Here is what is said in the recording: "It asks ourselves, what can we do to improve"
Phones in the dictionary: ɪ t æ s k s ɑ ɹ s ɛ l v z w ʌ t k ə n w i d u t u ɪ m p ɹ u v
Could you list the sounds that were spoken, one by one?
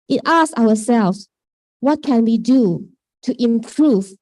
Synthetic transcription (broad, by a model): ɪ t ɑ s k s ɑ w s ɛ l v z w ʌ t k ə n w i d u t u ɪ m p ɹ u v